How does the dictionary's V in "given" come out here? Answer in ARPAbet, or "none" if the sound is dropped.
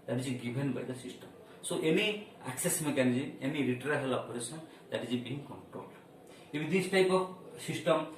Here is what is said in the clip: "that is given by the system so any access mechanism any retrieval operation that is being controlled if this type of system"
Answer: B